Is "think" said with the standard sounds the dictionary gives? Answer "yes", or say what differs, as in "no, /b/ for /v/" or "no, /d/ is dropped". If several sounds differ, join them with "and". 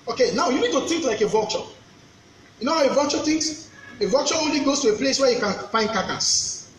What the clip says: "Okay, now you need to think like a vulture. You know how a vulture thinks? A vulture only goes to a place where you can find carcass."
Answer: no, /t/ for /θ/